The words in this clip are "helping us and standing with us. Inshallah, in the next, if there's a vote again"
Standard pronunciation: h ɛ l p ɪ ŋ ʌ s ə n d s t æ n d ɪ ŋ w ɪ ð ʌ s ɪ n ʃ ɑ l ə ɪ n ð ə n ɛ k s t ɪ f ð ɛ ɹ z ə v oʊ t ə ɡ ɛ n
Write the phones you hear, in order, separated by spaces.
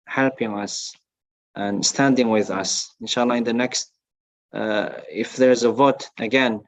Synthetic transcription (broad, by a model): h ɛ l p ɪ ŋ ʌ s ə n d s t æ n d ɪ ŋ w ɪ ð ʌ s ɪ n ʃ ɑ l ə ɪ n ð ə n ɛ k s t ɪ f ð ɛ ɹ z ə v oʊ t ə ɡ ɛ n